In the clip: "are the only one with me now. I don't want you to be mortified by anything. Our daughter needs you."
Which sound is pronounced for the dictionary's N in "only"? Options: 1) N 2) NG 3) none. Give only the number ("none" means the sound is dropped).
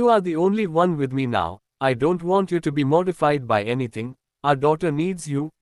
1